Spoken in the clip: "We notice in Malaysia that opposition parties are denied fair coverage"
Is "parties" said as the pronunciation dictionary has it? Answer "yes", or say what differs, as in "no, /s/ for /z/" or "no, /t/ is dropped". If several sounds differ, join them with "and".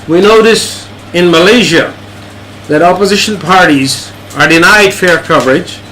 yes